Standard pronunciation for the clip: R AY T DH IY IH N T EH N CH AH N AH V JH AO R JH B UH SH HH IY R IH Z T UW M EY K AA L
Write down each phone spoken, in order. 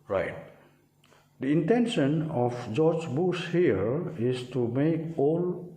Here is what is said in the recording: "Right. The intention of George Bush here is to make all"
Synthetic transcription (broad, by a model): R AY T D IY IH N T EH N SH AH N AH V JH AO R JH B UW S HH IY R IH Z T UW M EY K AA L